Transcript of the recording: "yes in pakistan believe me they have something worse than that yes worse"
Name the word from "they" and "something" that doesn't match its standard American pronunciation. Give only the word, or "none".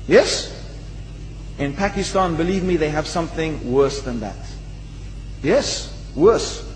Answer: none